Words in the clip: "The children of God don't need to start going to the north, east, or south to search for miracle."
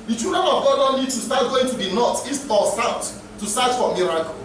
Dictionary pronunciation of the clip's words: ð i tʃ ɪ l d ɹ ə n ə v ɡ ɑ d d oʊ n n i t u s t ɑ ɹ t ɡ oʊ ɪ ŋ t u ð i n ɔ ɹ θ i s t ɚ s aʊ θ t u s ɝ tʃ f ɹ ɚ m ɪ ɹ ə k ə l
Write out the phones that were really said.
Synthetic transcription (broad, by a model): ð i tʃ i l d ɹ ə n ə v ɡ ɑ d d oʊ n l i t u s t ɑ t ɡ oʊ ɪ ŋ t u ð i n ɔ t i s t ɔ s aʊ t t u s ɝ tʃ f ɹ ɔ m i ɹ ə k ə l